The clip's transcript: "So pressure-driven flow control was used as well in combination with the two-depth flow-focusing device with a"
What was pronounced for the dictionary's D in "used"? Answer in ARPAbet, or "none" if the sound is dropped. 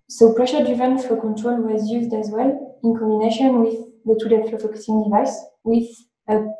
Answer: D